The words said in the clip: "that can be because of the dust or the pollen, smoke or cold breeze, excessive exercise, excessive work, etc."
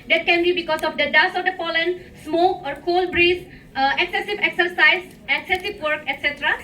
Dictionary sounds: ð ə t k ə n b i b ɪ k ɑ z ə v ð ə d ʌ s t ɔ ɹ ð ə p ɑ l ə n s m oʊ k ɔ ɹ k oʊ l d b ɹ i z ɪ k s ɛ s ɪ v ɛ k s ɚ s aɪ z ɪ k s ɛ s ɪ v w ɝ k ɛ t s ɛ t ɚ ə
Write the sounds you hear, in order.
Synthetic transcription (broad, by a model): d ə t k ə n b i b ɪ k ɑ s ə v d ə d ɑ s ɔ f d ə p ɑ l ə n s m oʊ k ɔ ɹ k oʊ l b ɹ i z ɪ k s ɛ s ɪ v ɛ k s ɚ s aɪ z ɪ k s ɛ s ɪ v w ɝ k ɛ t s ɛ t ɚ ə